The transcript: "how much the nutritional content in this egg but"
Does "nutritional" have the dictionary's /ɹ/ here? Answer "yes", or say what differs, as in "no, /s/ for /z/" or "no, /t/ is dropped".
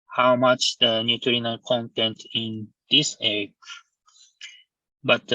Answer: no, /ɹ/ is dropped